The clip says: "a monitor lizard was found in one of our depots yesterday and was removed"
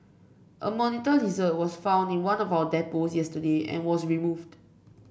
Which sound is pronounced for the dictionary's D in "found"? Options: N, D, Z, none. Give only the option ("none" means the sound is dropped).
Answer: D